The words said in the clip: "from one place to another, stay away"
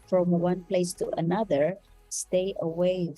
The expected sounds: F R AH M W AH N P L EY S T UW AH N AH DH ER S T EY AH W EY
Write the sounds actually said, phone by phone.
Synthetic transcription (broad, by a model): F R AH M W AH N P L EY S T UW AH N AH DH ER S T EY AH W EY